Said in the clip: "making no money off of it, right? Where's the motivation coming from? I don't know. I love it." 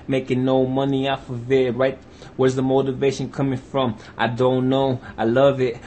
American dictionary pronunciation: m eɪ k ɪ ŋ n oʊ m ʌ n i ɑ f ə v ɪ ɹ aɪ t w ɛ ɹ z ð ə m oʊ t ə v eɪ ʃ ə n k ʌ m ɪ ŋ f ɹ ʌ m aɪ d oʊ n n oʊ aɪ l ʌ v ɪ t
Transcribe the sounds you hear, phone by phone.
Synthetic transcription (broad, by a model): m eɪ k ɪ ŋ n oʊ m ʌ n i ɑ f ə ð ɪ ɹ aɪ t w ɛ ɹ z ð ə m oʊ t ə v eɪ ʃ ə n k ʌ m ɪ ŋ f ɹ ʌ m aɪ d oʊ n n oʊ aɪ l ʌ v ɪ t